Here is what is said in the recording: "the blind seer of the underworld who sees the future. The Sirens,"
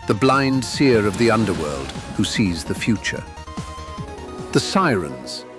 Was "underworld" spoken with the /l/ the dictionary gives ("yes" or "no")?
yes